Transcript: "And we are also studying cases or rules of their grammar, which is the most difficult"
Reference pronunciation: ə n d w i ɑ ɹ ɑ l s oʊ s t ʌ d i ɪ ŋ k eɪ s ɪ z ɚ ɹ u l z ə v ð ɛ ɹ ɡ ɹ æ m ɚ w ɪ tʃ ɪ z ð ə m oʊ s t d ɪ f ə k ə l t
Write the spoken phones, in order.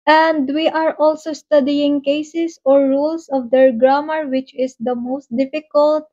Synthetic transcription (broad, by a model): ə n d w i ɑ ɹ ɑ l s oʊ s t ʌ d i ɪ ŋ k eɪ s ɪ s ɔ ɹ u l s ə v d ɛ ɹ ɡ ɹ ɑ m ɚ w ɪ tʃ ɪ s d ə m oʊ s t d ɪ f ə k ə l t